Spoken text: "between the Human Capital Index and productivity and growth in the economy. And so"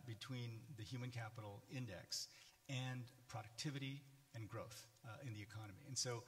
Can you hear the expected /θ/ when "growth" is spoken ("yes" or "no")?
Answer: yes